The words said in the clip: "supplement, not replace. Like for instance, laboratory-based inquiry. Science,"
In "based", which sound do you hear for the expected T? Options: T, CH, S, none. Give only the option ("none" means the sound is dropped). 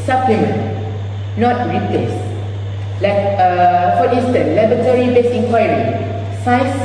none